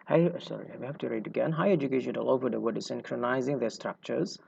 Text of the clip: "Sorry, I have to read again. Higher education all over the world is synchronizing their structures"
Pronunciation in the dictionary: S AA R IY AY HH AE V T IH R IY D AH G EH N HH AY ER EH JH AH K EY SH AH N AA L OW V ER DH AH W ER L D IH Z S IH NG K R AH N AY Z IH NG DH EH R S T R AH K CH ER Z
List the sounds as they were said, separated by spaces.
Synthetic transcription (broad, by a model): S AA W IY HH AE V T IH R IY D AH G EH N HH AY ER EH JH AH K EY SH AH N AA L OW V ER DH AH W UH D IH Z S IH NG K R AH N AY Z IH NG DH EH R S T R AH K CH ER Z